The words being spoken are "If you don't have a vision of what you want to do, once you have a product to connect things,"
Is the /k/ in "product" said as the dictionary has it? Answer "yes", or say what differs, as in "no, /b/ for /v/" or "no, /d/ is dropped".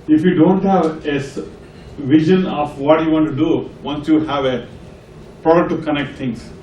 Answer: no, /k/ is dropped